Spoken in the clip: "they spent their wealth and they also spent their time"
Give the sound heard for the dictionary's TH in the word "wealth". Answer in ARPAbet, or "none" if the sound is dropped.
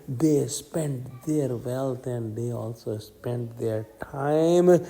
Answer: T